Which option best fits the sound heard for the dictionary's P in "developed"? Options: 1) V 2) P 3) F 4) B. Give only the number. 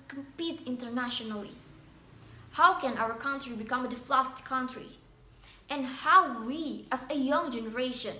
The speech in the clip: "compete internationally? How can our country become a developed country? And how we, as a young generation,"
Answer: 3